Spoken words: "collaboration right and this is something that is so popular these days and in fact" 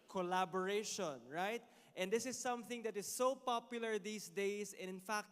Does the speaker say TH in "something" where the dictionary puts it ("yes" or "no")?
yes